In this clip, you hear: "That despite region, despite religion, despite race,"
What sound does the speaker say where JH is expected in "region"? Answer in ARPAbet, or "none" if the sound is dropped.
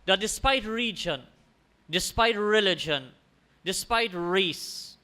JH